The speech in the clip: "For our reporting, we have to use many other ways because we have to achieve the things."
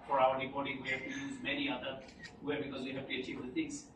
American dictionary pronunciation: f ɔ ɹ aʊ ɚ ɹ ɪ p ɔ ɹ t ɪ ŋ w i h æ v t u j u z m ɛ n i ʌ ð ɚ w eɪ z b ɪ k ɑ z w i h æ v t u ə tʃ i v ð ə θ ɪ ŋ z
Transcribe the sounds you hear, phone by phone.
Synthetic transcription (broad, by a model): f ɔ ɹ aʊ ɚ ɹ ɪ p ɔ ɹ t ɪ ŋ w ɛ t u j u z m ɛ n i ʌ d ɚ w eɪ b ɪ k ɑ z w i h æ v t u ə tʃ i v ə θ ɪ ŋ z